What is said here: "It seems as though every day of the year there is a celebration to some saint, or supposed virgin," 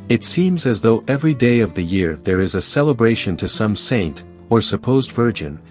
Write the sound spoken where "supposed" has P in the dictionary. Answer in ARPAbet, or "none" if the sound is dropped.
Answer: P